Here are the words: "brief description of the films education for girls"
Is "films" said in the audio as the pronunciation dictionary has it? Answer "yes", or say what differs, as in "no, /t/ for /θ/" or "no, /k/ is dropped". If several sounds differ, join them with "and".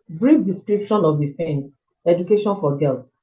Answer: no, /l/ is dropped and /s/ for /z/